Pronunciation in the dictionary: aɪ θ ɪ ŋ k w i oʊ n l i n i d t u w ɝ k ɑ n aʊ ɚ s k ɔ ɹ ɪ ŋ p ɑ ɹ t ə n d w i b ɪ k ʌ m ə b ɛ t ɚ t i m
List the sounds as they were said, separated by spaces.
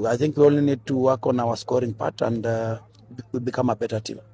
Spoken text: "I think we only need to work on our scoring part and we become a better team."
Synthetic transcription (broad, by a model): aɪ θ ɪ ŋ k w i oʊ l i n i d t u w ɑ k ɑ n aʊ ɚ s k ɔ ɹ ɪ ŋ p ɑ t ə n d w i b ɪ k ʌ m ə b ɛ t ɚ t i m